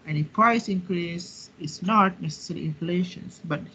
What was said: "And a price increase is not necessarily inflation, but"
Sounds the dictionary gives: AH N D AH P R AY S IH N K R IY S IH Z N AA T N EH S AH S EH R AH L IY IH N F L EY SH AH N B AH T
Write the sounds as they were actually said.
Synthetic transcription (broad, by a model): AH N AH P R AY S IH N K R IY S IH S N AA T N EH S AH S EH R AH IY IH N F L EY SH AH N B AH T